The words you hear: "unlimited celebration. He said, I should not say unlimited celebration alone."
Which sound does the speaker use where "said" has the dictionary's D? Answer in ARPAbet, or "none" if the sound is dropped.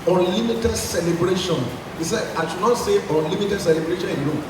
none